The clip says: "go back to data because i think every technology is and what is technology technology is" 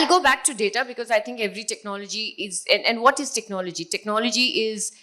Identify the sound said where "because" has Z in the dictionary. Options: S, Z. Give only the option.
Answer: Z